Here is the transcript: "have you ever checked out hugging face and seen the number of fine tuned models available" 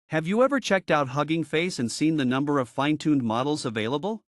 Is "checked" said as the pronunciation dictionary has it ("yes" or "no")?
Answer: yes